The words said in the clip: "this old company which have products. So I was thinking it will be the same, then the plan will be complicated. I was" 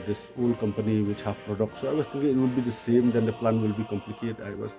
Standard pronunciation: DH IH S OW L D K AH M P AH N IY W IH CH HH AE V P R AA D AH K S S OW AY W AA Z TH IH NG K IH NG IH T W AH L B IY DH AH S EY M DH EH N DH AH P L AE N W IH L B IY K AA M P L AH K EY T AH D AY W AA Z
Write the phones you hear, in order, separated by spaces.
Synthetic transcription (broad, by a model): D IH S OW L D K AH M P AH N IY W IH CH HH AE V P R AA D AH K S S OW AY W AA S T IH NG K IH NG IH T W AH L B IY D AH S EY M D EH N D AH P L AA N W IH L B IY K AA M P L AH K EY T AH IH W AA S